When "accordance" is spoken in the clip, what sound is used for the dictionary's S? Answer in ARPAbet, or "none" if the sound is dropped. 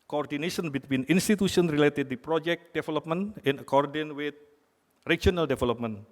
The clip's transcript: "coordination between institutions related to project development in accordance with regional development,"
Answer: none